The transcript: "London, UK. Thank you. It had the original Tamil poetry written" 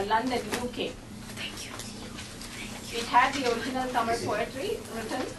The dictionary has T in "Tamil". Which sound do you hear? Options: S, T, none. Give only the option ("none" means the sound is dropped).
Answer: S